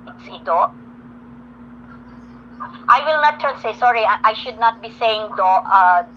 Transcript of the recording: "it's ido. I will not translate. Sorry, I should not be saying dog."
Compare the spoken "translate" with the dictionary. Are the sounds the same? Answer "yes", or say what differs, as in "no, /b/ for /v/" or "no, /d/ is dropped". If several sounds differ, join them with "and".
no, /ɹ/ is dropped and /l/ is dropped